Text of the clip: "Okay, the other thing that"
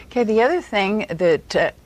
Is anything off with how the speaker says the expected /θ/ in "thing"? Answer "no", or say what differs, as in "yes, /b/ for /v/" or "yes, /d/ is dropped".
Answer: no